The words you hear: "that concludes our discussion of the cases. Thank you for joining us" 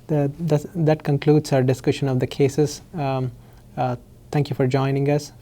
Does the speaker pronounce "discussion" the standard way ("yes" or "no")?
yes